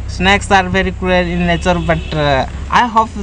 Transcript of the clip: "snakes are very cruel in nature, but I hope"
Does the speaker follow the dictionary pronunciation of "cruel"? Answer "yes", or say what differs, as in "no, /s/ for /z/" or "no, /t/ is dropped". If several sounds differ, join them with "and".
no, /ɹ/ is dropped